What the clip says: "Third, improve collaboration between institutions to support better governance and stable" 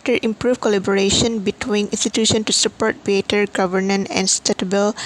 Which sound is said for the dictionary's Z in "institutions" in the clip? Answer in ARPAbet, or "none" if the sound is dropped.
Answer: none